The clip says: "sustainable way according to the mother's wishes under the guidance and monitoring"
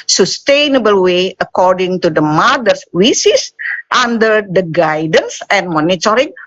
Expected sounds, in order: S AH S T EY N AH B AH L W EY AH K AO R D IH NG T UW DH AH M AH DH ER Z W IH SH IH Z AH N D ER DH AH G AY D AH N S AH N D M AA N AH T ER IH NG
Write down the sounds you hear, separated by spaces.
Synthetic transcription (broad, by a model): S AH S T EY N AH B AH L W EY AH K AO R D IH NG T UW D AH M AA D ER S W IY S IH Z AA N D ER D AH G AY D AH N S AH N M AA N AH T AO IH NG